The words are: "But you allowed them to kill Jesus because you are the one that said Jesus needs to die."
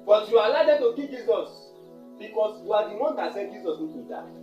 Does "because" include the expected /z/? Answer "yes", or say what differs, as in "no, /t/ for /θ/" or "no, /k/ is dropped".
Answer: no, /s/ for /z/